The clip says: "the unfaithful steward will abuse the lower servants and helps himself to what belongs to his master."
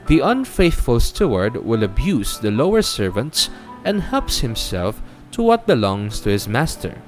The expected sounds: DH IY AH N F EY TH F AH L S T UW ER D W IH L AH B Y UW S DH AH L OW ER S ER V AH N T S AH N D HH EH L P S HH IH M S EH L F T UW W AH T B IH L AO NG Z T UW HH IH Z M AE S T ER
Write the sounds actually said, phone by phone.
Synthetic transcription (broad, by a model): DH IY AH N F EY TH F AH L S T UW ER D W IH L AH B Y UW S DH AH L OW ER S ER V AH N T S AH N D HH EH L P S HH IH M S EH L F T UW W AH T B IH L AO NG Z T UW HH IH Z M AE S T ER